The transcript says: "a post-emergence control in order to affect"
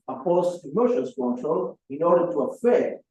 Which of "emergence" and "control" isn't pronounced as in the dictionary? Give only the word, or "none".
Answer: emergence